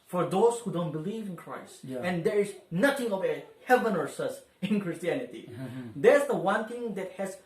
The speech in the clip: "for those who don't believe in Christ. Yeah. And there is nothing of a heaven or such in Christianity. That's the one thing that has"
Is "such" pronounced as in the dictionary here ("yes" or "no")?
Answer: no